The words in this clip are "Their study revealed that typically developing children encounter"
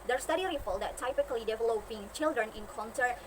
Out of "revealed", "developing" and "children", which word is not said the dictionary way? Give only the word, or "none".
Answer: revealed